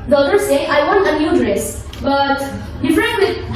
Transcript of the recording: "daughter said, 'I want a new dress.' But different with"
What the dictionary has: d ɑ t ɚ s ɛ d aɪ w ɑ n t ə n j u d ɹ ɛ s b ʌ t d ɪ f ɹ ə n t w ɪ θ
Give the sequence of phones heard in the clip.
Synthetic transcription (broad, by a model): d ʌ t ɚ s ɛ aɪ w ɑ n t ə n j u d ɹ ɛ s b ʌ t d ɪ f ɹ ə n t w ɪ